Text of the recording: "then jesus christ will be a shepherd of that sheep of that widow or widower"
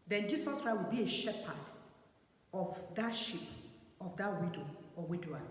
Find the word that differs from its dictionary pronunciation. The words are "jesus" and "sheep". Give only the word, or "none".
jesus